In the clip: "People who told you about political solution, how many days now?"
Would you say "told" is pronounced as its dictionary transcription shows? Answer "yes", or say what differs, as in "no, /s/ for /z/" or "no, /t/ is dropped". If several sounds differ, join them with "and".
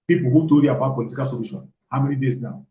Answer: no, /l/ is dropped